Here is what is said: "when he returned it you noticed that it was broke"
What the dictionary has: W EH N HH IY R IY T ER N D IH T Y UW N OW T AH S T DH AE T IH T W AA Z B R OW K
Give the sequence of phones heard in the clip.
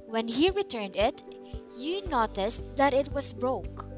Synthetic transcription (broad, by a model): W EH N HH IY R IY T ER N D IH T Y UW N OW T AH S T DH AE T IH T W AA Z B R OW K